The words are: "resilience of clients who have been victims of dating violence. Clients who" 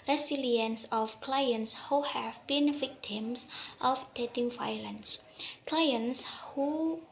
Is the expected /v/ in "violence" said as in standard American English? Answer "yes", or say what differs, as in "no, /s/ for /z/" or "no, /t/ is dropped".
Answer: no, /f/ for /v/